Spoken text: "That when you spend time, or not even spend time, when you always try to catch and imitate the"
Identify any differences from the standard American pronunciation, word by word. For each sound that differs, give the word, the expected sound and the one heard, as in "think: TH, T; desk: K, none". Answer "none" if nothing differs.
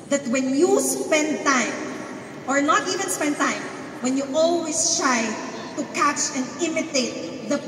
always: Z, S